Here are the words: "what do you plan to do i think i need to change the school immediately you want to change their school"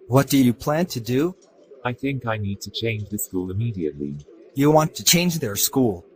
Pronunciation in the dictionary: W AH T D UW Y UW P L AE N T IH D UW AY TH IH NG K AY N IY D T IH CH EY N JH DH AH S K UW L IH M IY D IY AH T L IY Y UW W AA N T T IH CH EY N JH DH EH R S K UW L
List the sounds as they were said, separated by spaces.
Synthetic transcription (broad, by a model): W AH T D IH Y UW P L AE N T IH D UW AY TH IH NG K AY N IY D T IH CH EY N JH DH AH S K UW L IH M IY D IY AH T L IY Y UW W AA N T T IH CH EY N JH DH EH R S K UW L